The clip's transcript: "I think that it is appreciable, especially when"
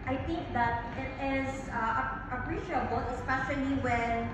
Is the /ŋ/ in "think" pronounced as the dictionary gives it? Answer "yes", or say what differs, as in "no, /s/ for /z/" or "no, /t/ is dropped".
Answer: yes